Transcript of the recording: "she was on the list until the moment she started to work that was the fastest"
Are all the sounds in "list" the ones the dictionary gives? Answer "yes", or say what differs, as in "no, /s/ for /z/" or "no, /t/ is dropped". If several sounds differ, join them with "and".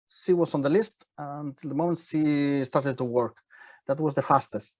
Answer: yes